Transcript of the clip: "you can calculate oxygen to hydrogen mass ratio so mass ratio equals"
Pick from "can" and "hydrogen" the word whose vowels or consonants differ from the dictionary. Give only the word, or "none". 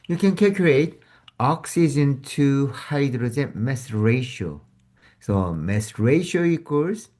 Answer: hydrogen